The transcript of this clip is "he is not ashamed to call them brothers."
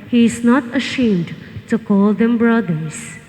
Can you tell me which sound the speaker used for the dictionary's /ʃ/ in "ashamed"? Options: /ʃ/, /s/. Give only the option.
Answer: /ʃ/